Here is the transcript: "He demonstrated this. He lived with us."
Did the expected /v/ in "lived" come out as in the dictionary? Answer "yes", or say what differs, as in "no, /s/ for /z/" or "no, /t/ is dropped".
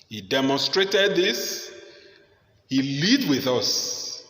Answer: no, /v/ is dropped